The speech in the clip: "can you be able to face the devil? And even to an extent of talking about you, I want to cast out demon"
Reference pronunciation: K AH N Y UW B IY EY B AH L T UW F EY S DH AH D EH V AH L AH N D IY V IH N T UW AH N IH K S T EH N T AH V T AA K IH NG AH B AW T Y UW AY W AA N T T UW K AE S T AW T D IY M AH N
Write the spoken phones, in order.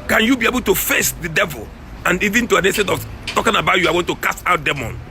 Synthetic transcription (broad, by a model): K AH N Y UW B IY EY B AH L T UW F EY S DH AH D EH V AH L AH N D IY V IH N T UW AH N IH S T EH T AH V T AA K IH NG AH B AW T Y UW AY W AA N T T UW K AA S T AW T D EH M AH N